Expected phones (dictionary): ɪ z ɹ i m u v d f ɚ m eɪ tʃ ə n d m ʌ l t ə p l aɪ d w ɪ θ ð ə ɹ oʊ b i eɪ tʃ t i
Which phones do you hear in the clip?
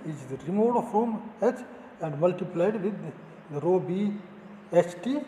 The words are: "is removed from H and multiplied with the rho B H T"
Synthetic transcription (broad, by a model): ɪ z ɹ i m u f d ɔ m eɪ tʃ ə n d m ʌ l t ə p l aɪ d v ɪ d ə ɹ oʊ b i eɪ tʃ t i